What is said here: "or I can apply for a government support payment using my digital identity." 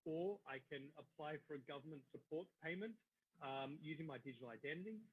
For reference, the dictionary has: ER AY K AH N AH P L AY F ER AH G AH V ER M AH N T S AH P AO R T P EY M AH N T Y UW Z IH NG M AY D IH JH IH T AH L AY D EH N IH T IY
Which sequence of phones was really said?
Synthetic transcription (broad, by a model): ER AY K AH N AH P L AY F ER AH G AH V ER M AH N T S AH P AO R T P EY M AH N T Y UW Z IH NG M AY D IH JH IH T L AY D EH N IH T IY